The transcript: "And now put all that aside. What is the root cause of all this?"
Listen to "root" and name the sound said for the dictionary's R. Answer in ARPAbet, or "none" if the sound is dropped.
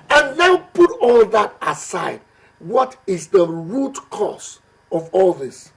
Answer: R